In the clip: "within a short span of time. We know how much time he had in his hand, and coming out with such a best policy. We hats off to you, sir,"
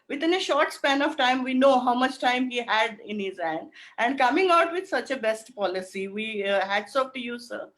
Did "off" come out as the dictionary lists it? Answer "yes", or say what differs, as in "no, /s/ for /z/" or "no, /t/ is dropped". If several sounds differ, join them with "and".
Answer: no, /p/ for /f/